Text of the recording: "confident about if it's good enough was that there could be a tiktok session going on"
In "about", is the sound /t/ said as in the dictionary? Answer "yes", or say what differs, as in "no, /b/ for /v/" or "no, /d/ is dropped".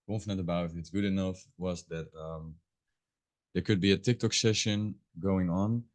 no, /t/ is dropped